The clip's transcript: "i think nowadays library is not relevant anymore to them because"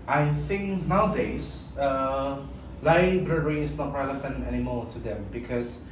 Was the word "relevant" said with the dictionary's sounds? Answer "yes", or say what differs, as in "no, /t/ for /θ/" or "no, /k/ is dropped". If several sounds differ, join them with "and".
no, /f/ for /v/ and /t/ is dropped